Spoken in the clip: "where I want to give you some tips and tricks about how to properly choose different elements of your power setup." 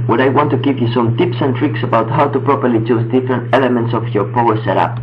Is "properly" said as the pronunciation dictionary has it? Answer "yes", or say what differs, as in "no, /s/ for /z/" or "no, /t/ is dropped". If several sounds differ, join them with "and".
yes